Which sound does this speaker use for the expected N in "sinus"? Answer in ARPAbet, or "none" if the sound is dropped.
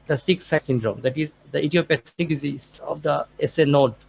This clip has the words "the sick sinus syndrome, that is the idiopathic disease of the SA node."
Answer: none